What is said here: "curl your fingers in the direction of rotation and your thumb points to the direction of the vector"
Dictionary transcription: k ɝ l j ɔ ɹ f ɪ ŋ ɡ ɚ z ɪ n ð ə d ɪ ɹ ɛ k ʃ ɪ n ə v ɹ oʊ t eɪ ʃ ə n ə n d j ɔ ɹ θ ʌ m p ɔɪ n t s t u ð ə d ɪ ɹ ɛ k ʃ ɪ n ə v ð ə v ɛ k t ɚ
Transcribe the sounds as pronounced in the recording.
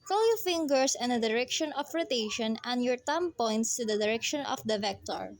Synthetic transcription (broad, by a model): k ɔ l j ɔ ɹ f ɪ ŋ ɡ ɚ s ɪ n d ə d ɪ ɹ ɛ k ʃ ɪ n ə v ɹ oʊ t eɪ ʃ ə n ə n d j ɔ ɹ t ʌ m p ɔɪ n t s t u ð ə d ɪ ɹ ɛ k ʃ ɪ n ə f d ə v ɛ k t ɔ